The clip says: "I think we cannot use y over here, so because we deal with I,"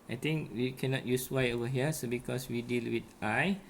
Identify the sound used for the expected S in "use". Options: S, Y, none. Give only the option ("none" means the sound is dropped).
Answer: S